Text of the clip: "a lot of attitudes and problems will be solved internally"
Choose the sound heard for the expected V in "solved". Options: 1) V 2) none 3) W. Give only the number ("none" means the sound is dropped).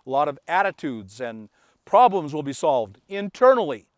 1